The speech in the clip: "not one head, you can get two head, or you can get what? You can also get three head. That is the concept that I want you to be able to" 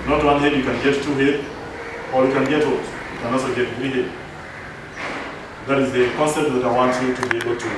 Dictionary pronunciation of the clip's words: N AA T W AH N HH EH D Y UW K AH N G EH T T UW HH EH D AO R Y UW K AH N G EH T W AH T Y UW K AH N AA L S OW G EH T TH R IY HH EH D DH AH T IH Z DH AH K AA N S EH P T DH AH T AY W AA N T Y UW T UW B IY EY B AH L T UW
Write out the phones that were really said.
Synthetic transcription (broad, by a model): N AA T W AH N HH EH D Y UW K AH N G EH T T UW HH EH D AO R Y UW K AH N G EH T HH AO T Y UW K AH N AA S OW G EH T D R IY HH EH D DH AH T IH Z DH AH K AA N S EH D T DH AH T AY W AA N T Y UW T UW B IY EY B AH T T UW